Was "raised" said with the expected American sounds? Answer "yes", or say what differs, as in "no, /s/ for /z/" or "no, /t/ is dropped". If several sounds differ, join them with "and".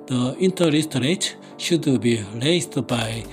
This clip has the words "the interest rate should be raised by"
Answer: no, /s/ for /z/